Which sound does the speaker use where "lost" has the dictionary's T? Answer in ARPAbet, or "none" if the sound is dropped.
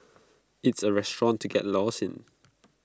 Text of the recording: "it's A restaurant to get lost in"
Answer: none